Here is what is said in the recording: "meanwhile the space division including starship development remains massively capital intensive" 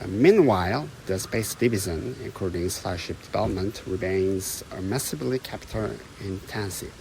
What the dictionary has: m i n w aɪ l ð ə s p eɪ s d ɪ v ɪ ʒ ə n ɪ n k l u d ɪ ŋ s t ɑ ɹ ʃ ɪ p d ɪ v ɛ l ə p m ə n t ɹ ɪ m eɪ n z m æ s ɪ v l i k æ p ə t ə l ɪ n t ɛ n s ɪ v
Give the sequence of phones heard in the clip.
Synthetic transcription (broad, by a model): m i n w aɪ l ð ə s p eɪ s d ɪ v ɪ z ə n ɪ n k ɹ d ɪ ŋ s t ɑ ɹ ʃ ɪ p d ɪ v ɛ l ə p m ə n t ɹ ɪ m eɪ n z m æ s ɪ b l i k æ p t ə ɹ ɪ n t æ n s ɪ